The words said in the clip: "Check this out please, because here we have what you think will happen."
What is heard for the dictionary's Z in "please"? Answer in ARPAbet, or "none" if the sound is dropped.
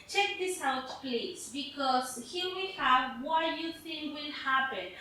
S